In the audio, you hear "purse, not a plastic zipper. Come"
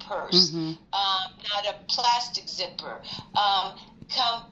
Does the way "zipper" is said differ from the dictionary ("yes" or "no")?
no